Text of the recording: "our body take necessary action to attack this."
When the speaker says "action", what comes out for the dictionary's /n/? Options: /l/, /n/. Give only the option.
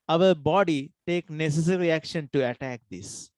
/n/